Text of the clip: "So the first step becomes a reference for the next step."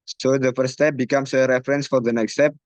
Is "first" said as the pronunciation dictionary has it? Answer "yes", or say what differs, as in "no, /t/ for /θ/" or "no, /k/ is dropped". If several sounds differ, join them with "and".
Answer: no, /s/ is dropped